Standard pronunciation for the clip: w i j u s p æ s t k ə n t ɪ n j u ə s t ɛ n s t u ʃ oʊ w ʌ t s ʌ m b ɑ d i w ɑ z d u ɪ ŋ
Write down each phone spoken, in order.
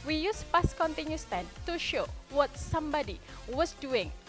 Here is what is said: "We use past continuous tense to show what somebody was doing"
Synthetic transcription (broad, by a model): w i j u s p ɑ s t k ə n t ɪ n j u s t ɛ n t u ʃ oʊ w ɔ t s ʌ m b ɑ d i w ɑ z d u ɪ ŋ